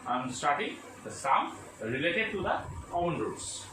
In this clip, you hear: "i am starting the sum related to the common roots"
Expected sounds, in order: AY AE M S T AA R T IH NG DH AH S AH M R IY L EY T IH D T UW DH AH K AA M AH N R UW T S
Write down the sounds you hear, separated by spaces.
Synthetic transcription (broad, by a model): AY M S T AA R T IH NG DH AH S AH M R IY L EY T IH D T UW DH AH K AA AH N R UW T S